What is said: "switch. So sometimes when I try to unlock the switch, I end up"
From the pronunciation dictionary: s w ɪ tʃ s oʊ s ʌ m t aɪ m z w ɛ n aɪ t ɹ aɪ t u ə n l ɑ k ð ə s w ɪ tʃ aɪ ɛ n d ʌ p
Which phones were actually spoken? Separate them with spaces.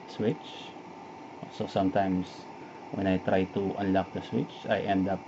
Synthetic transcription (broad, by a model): s w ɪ tʃ s oʊ s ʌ m t aɪ m s w ɛ n aɪ t ɹ aɪ t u ə n l ɑ k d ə s w ɪ tʃ aɪ ɛ n d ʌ p